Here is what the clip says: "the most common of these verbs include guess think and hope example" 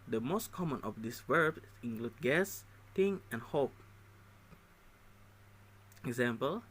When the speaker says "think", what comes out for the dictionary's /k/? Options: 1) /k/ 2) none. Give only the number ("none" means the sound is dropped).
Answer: 2